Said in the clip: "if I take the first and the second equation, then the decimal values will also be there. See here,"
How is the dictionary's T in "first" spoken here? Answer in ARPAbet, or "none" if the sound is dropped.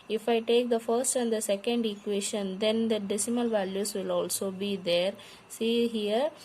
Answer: T